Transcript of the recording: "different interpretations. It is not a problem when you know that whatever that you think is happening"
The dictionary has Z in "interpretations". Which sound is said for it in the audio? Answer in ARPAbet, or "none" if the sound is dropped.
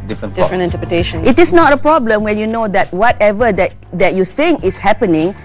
none